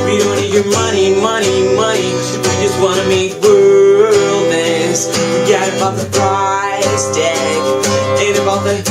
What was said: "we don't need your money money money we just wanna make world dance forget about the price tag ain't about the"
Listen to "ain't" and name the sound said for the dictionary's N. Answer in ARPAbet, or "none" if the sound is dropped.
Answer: none